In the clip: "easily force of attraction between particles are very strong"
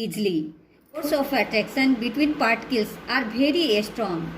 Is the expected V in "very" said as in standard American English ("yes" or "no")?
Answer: no